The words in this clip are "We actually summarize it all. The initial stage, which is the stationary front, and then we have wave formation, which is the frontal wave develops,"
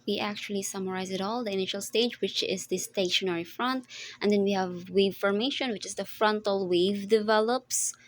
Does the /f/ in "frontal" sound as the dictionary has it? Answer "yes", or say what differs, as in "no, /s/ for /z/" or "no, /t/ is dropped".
yes